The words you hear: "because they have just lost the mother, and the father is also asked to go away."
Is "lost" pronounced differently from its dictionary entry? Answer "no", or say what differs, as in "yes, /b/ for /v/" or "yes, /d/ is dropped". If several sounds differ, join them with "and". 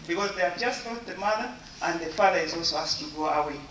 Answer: yes, /s/ is dropped